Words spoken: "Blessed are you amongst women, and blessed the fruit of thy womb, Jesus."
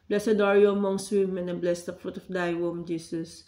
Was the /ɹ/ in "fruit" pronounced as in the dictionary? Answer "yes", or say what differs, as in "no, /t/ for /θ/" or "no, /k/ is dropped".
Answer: yes